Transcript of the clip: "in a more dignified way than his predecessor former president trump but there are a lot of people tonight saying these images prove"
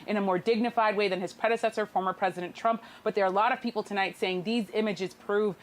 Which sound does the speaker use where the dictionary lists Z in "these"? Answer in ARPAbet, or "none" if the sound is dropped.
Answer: Z